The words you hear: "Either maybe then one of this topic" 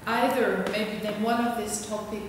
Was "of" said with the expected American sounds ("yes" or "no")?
yes